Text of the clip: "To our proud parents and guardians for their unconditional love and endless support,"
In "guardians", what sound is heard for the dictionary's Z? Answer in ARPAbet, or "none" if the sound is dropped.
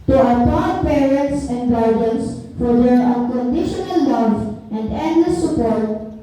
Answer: S